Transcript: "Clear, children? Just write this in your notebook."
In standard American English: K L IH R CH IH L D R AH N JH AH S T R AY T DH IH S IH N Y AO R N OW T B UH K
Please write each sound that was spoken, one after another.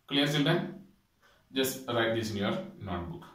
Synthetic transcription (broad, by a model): K L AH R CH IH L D AH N JH AH S T R AY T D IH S IH N Y AO R N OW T B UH K